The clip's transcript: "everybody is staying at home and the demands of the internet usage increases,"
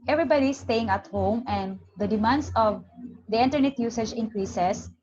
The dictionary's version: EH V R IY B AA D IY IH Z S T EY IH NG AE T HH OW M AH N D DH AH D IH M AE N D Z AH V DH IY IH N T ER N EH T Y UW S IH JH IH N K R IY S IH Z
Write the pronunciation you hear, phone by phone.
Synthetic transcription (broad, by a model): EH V R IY B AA D IY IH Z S T EY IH NG AE T HH OW M AH N D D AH D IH M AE N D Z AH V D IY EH N T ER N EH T Y UW S IH JH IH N K R IY S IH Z